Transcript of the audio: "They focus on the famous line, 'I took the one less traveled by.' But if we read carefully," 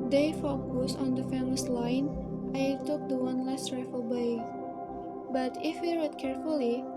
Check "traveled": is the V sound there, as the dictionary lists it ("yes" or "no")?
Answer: no